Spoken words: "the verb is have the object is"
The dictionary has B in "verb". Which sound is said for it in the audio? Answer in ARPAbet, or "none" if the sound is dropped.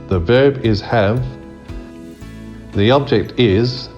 B